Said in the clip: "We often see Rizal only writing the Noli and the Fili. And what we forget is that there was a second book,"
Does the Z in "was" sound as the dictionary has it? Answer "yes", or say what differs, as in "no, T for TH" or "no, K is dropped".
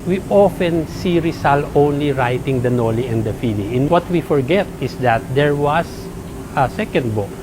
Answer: no, S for Z